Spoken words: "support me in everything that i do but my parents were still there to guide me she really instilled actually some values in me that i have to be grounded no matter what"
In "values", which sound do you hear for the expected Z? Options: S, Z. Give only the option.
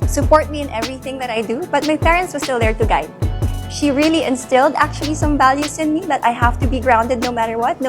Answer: S